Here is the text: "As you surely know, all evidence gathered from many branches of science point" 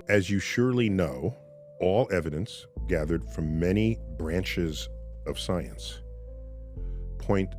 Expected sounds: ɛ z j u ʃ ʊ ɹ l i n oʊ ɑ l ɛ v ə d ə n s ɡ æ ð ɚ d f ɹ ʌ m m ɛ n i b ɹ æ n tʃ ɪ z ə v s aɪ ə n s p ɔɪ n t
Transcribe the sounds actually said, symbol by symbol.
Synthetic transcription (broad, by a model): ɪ z j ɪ ʃ ʊ ɹ l i n oʊ ɑ l ɛ v ə d ə n s ɡ æ ð ɚ d f ɹ ʌ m m ɛ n i b ɹ æ n tʃ ɪ z ə v s aɪ ə n s p ɔɪ n t